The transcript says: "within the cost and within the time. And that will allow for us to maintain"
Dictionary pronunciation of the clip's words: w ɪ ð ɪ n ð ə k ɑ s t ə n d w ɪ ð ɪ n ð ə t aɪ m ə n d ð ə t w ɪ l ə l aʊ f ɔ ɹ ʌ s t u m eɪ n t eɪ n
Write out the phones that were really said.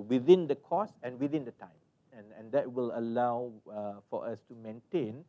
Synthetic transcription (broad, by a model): w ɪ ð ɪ n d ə k ɑ s ə n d w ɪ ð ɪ n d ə t aɪ m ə n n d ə t w ɪ l ə l aʊ f ɔ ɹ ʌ s t u m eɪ n t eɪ n